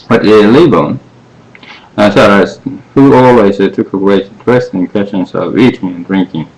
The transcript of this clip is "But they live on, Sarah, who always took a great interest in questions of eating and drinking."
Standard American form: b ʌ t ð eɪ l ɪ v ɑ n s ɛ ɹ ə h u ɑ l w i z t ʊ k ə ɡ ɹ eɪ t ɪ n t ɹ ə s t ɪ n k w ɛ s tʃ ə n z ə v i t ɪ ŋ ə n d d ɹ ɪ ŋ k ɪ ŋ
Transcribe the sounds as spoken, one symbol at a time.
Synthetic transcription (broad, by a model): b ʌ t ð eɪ l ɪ b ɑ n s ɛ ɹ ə h u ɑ l w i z t ʊ k ə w eɪ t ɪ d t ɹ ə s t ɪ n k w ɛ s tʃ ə n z ə v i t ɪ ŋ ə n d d ɹ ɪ ŋ k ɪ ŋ